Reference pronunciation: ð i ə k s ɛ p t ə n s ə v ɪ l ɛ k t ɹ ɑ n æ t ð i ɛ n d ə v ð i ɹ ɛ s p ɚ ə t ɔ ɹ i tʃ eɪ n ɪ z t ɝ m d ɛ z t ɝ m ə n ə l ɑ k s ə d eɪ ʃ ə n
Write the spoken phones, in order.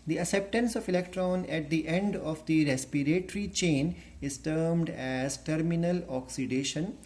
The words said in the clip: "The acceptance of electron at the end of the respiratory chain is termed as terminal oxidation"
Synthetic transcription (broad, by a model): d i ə s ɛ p t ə n s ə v ɪ l ɛ k t ɹ ɑ n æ t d i ɛ n d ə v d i ɹ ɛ s p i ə t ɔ ɹ i tʃ eɪ n ɪ z t ɝ m d ɛ z t ɝ m ə n ə l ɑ k s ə d eɪ ʃ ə n